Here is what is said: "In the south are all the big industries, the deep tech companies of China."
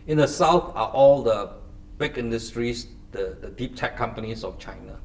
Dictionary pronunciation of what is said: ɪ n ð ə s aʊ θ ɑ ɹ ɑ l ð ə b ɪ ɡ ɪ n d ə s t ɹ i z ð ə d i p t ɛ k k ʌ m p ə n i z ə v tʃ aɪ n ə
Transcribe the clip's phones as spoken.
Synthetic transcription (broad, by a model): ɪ n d ə s aʊ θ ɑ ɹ ɑ l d ə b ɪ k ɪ n d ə s t ɹ i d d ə d i p t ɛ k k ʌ m p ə n i s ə f tʃ aɪ n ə